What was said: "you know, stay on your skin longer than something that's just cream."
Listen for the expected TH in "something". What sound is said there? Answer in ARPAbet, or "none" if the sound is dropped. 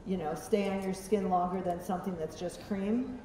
TH